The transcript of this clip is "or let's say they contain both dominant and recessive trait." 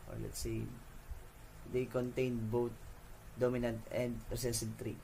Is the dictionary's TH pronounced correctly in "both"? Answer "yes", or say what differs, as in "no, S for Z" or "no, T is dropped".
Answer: no, T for TH